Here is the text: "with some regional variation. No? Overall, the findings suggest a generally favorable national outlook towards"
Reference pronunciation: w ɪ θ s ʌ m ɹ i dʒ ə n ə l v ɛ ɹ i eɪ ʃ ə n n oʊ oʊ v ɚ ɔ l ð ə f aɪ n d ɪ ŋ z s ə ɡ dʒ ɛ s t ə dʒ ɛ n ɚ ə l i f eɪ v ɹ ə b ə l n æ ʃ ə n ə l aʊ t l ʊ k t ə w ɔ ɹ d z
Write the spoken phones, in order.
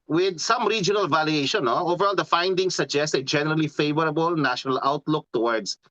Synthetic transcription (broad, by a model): w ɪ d s ʌ m ɹ i dʒ ə n ə l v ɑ l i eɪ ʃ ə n n oʊ oʊ v ɚ ɔ l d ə f aɪ n d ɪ ŋ s ə ɡ dʒ ɛ s t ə dʒ ɛ n ɚ ə l i f eɪ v ɹ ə b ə l n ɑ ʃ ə n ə l aʊ t l ʊ k t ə w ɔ ɹ d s